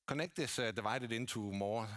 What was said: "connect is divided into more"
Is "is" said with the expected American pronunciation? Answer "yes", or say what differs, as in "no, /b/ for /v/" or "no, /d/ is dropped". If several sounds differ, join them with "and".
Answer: no, /s/ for /z/